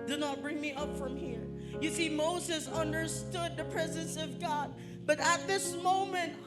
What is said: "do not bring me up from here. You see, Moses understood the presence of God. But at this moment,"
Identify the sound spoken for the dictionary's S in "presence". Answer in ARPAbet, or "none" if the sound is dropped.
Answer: S